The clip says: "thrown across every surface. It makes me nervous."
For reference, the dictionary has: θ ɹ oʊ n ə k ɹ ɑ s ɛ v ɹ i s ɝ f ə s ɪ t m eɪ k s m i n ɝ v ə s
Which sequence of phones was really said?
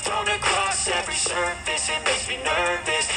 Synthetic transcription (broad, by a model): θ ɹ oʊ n ə k ɹ ɑ s ɛ v ɹ i s ɝ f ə s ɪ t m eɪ s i n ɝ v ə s